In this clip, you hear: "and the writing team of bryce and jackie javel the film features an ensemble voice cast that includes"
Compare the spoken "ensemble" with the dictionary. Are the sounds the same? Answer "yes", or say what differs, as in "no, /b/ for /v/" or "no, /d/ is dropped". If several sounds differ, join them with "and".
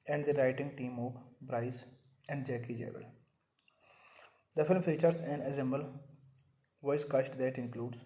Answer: no, /n/ is dropped